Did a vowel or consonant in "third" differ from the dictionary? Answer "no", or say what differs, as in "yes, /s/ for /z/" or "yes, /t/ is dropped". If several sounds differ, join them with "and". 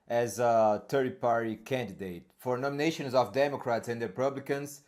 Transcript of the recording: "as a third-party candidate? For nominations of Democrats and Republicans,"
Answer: yes, /t/ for /θ/